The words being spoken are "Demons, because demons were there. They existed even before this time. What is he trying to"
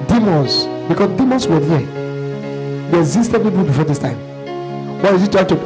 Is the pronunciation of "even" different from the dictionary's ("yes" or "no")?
yes